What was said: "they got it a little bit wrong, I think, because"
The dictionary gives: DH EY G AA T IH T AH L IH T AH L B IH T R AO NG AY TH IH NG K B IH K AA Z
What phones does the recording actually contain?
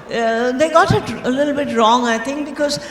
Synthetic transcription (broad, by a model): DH EY G AA T IH T AH L IH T L B IH T R AO NG AY T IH NG K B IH K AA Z